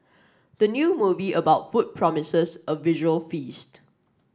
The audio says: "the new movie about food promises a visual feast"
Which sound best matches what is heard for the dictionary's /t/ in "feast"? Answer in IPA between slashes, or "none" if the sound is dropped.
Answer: /t/